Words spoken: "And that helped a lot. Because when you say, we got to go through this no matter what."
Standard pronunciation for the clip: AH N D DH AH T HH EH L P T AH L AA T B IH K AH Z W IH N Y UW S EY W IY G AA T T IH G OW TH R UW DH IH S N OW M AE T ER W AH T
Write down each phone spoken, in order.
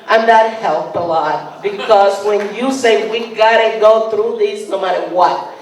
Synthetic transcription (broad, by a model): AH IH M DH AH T HH EH L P AH L AA T B IH K AH Z W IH N Y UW S EY W IY G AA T T IH G OW TH R UW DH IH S N OW M AE T ER W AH T